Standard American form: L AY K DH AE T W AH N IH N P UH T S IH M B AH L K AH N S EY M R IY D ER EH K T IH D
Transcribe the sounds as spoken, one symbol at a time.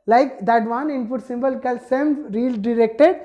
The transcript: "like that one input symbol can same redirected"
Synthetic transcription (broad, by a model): L AY K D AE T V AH N IH N P UH T S IH M B AH L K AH L S EY M R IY D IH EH K T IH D